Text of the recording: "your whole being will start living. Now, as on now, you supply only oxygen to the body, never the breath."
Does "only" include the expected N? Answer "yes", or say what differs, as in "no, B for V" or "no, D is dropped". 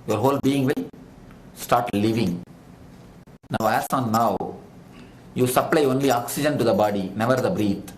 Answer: yes